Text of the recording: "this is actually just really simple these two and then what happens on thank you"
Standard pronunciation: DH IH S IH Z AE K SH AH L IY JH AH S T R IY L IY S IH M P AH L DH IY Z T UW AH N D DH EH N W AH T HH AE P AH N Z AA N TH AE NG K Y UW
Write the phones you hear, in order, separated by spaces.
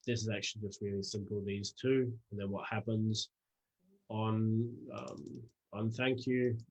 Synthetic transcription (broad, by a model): DH IH S IH Z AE K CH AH L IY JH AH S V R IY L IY S IH M P AH L DH IY Z T UW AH N DH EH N W AH T HH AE P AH N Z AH N TH AE NG K Y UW